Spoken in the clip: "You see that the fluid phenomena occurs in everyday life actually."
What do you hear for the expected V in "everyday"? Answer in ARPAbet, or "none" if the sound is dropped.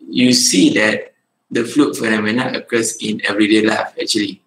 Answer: V